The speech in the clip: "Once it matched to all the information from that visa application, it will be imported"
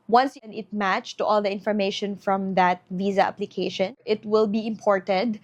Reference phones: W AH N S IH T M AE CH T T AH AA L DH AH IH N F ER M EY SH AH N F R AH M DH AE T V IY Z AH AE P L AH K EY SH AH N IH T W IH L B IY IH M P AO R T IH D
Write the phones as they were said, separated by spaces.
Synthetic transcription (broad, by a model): W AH N S IH T M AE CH T T AA L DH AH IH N F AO M EY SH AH N F R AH M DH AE T V IY Z AH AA P L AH K EY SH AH N IH T W IH L B IY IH M P AO R T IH D